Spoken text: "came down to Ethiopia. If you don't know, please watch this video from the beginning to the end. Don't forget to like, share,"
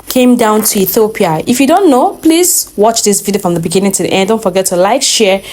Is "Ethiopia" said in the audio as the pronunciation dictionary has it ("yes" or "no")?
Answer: yes